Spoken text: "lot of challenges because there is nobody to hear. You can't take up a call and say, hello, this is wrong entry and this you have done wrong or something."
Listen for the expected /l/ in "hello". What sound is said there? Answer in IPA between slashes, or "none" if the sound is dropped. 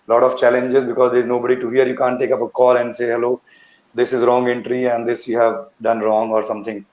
/l/